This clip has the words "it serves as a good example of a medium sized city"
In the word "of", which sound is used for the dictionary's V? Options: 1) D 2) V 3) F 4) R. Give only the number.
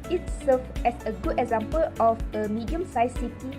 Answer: 3